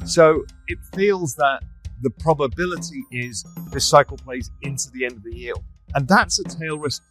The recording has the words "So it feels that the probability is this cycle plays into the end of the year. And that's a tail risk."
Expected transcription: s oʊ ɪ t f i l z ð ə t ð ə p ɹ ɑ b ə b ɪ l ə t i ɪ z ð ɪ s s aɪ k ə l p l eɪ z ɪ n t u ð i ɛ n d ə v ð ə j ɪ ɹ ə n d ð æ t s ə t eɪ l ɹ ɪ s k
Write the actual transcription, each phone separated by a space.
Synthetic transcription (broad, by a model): s oʊ ɪ t f i l z ð ə t ð ə p ɹ ɑ b ə b ɪ l ə t i ɪ z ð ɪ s s aɪ k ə l p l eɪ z ɪ n t u ð i ɛ n d ə v ð ə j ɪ l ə n ð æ t s ə t eɪ l ɹ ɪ s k